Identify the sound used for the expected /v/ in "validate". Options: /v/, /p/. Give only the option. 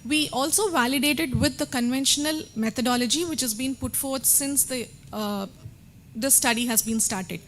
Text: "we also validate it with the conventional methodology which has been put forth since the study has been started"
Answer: /v/